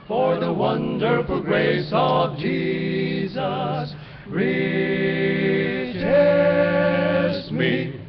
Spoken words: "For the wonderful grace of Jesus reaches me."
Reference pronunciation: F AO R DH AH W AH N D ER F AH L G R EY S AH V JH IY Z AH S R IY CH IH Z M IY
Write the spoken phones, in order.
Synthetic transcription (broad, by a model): F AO R DH AH W AH N D ER F AH L G R EY S AH V JH IY Z AH S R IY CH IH M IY